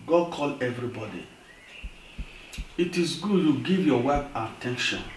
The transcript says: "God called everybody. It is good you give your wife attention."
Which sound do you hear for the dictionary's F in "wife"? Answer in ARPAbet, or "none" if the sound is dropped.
P